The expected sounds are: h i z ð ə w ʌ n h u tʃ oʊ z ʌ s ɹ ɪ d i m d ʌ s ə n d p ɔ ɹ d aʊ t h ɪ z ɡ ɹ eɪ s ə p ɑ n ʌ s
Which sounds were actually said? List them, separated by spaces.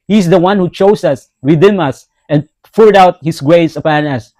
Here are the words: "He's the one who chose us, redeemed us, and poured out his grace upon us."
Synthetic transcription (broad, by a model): h i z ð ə w ʌ n h u tʃ oʊ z ʌ s w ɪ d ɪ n ʌ s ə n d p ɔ ɹ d aʊ t h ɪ s ɡ ɹ eɪ s ə p ɑ n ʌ s